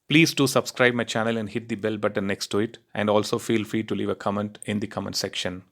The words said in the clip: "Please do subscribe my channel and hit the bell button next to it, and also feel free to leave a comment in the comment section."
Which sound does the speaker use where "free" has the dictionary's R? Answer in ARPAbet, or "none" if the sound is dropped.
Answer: R